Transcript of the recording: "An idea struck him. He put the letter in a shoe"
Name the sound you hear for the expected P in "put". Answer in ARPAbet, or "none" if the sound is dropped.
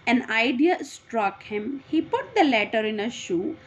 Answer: P